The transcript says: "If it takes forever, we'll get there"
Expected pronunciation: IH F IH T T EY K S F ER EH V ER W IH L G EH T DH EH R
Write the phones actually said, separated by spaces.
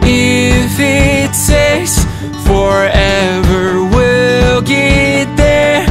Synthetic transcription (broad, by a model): IH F IH T S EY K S F ER EH V ER W IH L G EH T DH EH R